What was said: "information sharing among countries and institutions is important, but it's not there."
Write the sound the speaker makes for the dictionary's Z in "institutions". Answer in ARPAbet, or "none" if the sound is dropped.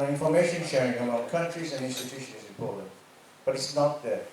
none